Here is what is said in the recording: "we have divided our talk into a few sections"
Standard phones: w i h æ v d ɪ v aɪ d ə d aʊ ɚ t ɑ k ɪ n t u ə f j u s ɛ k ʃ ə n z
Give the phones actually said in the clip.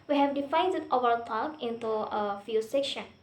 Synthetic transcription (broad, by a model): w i h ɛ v d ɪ f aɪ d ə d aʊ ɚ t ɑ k ɪ n t u ə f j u s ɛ k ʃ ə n